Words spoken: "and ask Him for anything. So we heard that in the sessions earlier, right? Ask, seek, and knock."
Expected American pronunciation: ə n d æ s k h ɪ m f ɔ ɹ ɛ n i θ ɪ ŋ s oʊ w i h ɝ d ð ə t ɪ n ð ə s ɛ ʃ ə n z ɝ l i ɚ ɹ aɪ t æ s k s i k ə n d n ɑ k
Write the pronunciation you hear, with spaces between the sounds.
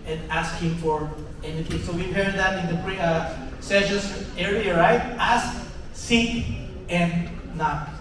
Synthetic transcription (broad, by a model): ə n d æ s k h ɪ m f ɔ ɹ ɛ n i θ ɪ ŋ s oʊ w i h ɝ d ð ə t ɪ n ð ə s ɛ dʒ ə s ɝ i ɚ ɹ aɪ t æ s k s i ə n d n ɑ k